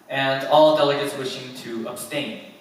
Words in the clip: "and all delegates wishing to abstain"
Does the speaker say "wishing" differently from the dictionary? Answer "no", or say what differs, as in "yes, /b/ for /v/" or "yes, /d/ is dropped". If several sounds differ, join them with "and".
no